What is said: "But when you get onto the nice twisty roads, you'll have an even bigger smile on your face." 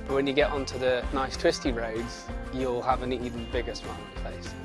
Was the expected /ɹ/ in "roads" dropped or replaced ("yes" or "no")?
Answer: no